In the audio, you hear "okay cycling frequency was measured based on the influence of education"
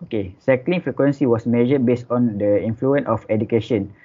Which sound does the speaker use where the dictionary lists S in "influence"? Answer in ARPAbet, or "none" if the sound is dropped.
none